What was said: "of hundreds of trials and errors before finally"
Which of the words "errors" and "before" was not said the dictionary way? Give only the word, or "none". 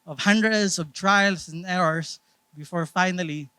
errors